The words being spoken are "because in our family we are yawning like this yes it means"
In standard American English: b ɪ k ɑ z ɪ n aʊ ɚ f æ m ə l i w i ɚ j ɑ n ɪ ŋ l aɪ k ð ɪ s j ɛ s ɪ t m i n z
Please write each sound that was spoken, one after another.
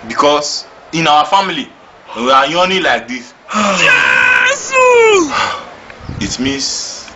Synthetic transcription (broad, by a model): b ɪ k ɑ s ɪ n aʊ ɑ f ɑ m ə l i w i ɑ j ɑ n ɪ l aɪ k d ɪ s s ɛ ɪ t m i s